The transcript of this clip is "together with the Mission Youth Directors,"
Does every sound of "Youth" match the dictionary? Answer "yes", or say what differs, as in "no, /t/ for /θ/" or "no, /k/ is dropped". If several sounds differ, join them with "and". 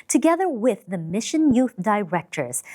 yes